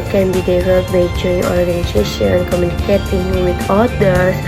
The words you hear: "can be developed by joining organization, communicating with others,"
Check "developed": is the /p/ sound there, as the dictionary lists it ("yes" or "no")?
no